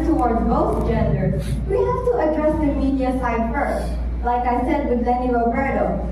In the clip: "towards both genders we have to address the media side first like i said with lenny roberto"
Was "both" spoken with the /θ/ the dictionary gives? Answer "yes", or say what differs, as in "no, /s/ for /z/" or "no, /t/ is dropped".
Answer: no, /s/ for /θ/